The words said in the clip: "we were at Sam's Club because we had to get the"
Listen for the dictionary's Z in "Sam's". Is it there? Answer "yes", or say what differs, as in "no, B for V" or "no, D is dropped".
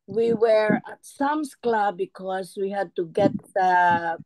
no, S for Z